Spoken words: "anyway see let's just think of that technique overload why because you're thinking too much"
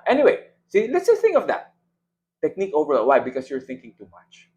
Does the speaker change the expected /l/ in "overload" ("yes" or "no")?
yes